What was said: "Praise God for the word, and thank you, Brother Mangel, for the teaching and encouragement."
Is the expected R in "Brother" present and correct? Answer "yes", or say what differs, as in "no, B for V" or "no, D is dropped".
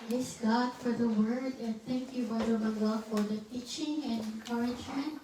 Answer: no, R is dropped